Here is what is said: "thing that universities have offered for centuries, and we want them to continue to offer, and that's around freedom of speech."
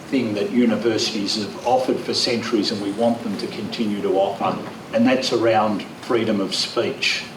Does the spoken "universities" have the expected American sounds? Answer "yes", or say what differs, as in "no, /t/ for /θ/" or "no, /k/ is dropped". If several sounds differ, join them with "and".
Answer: yes